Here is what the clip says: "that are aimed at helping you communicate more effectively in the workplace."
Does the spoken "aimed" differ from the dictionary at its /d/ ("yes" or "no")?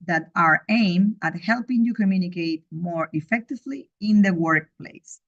yes